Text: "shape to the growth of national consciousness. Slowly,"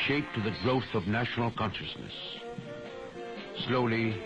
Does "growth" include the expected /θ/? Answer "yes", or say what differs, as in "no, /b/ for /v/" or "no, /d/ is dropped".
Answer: yes